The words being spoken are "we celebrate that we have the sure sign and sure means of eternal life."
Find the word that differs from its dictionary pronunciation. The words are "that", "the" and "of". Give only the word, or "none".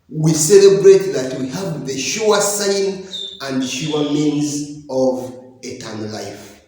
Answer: none